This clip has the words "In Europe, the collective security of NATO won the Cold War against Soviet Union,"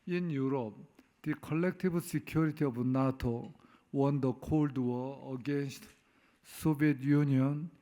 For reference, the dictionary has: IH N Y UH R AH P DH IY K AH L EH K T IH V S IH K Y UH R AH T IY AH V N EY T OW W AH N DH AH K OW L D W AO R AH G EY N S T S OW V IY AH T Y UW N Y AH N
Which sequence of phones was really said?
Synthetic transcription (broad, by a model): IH N Y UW R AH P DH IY K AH L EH K T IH B S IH K Y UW R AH T IY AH B N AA T OW W AH N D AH K OW L D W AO AH G EY N S T S OW B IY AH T Y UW N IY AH N